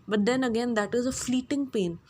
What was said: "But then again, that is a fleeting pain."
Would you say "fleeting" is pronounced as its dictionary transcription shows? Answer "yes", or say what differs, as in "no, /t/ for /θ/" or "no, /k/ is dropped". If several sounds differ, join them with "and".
yes